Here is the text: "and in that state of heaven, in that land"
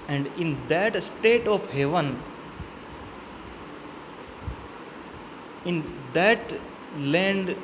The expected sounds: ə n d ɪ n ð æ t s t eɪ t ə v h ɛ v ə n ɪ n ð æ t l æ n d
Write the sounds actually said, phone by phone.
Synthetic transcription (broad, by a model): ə n d ɪ n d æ t s t eɪ t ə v h ɛ v ə n ɪ n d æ t l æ n d